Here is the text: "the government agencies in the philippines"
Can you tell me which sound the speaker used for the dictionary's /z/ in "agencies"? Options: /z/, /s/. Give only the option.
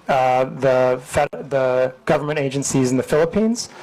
/z/